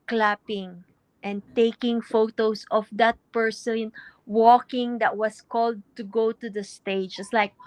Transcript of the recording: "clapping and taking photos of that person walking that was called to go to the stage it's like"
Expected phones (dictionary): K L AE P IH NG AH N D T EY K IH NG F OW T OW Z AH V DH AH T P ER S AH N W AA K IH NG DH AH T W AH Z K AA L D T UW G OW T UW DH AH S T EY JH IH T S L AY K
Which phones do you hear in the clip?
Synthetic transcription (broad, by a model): K L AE P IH NG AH N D T EY K IH NG F OW T OW S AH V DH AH T P ER S AH N W AA K IH NG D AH T W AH S K AA L D T UW G OW T UW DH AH S T EY JH IH T S L AY K